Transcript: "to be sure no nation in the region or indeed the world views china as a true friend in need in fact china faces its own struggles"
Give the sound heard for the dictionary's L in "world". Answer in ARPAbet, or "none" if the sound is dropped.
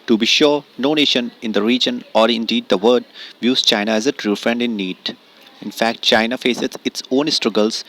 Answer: none